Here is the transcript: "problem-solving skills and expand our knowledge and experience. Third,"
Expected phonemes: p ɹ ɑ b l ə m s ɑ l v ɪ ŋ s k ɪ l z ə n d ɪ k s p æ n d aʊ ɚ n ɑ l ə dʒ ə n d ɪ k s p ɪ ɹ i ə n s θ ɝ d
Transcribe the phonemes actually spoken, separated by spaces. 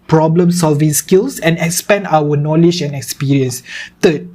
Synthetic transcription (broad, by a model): p ɹ ɑ b l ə m s ɑ l v ɪ ŋ s k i l s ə n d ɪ k s p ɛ n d aʊ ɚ n ɑ l ə dʒ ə n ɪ k s p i ɹ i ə n s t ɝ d